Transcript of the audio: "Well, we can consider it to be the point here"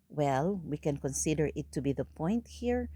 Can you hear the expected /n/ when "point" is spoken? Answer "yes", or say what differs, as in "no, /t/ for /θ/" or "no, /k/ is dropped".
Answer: yes